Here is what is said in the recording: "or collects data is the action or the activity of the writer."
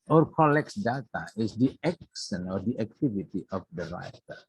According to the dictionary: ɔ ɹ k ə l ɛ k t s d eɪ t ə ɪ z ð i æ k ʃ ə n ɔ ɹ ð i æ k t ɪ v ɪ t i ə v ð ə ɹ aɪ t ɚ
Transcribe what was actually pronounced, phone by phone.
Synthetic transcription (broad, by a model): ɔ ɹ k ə l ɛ k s d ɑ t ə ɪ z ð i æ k s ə n ɔ ɹ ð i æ k t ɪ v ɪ t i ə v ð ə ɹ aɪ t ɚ